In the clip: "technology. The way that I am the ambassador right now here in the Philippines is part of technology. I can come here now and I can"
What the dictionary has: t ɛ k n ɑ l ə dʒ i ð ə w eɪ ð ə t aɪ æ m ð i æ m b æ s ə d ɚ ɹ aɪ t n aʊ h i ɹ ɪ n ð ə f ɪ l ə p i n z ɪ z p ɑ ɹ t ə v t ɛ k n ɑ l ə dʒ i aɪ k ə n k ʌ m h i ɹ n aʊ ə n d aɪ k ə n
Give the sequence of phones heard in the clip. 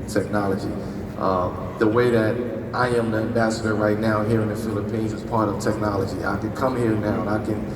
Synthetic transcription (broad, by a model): t ɛ k n ɑ l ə dʒ i ð ə w eɪ ð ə t aɪ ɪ m ð i æ m b æ s ə d ɚ ɹ aɪ t n aʊ h i ɹ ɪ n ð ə f ɪ l ə p i n z ɪ z p ɑ ɹ t ə v t ɛ k n ɑ l ə dʒ i aɪ k ə n k ʌ m h i ɹ n aʊ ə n aɪ k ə n